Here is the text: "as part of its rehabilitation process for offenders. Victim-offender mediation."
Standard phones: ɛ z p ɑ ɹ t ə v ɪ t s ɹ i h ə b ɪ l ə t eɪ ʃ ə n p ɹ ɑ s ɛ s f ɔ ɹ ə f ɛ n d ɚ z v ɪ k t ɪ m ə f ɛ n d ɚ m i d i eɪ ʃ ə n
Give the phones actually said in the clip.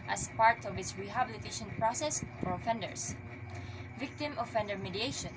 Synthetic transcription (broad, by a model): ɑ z p ɑ ɹ t ə v ɪ t s ɹ i h ə b ɪ l ə t eɪ ʃ ə n p ɹ ɑ s ɛ s f ɔ ɹ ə f ɛ n d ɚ s v ɪ k t ɪ m ə f ɛ n d ɚ m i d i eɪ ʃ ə n